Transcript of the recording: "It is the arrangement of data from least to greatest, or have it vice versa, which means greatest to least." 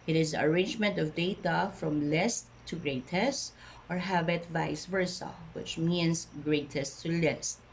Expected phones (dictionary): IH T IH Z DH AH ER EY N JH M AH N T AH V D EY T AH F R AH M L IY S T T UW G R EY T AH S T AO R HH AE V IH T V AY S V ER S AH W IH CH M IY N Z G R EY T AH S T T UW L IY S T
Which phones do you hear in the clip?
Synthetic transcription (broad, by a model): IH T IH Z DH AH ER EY N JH M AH N T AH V D EY T AH F R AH M L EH S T T UW G R EY T AH S T AO R HH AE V IH T V AY S V ER S AH W IH CH M IY N S G R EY T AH S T T UW L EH S T